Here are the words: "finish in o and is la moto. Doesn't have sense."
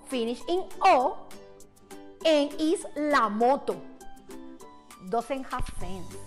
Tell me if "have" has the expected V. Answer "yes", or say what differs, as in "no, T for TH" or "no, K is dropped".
no, F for V